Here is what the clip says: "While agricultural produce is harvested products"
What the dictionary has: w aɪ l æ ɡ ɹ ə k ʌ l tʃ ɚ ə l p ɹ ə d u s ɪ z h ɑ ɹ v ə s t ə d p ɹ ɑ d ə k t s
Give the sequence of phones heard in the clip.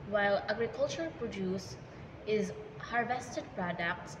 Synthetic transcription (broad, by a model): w aɪ l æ ɡ ɹ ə k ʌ l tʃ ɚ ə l p ɹ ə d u s ɪ z h ɑ ɹ v ə s t ə d p ɹ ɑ d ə k t s